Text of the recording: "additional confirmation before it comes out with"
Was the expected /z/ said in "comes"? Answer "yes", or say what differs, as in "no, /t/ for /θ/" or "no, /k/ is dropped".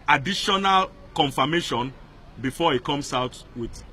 no, /s/ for /z/